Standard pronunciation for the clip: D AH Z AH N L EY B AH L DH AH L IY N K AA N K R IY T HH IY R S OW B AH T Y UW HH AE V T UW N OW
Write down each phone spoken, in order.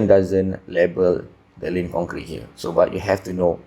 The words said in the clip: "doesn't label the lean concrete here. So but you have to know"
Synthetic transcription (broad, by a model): D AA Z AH N L EY B AH L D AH L IY N K AA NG K R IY T HH IY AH S OW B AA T Y UW HH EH F T UW N OW